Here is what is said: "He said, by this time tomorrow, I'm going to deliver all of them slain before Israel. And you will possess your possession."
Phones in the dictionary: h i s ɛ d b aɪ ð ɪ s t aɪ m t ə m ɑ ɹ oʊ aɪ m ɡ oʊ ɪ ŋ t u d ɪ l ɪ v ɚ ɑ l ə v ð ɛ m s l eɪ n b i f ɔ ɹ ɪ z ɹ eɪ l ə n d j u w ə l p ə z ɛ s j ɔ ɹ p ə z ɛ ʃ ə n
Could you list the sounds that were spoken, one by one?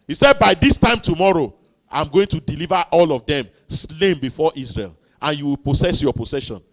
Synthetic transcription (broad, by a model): h i s ɛ d b aɪ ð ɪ s t aɪ m t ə m ɑ ɹ oʊ aɪ m ɡ oʊ ɪ ŋ t u d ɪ l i v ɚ ɑ l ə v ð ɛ m s l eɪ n b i f ɔ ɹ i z ɹ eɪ l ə n j u w ə l p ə s ɛ s j ɔ p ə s ɛ ʃ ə n